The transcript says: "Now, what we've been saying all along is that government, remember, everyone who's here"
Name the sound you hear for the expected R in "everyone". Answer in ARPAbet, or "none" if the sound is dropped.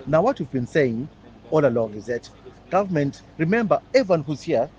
none